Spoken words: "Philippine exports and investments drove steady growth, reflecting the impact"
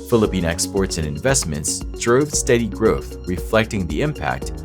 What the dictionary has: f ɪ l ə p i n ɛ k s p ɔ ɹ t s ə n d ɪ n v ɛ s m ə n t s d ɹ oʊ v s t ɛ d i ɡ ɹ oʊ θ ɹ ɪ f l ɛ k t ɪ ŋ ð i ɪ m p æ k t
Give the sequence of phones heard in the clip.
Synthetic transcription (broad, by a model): f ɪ l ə p i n ɛ k s p ɔ ɹ t s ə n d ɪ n v ɛ s m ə n t s d ɹ oʊ v s t ɛ d i ɡ ɹ oʊ θ ɹ ɪ f l ɛ k t ɪ ŋ ð i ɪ m p æ k t